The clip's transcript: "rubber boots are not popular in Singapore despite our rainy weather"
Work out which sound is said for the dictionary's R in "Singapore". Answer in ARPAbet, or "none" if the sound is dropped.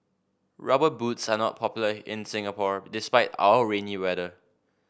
R